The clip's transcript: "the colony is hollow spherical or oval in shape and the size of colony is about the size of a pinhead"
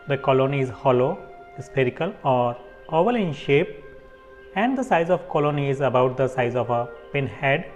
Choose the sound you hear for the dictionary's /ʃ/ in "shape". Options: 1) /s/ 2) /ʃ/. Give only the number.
2